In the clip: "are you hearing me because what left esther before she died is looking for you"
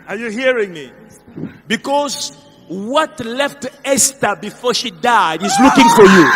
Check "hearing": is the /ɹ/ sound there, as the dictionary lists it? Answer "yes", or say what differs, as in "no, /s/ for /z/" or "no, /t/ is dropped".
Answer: yes